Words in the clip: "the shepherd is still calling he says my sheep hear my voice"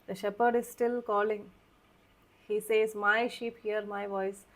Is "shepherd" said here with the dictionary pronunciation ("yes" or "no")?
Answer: yes